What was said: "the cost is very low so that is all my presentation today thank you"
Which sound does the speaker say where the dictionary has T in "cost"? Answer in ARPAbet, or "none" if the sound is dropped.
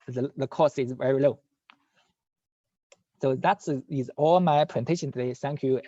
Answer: none